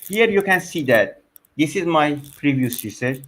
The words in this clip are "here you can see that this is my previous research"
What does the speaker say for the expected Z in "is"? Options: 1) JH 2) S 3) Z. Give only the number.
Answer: 3